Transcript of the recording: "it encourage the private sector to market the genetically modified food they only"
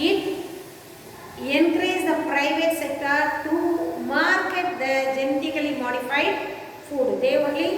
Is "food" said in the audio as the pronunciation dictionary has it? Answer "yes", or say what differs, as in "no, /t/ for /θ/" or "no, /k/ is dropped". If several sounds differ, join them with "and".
yes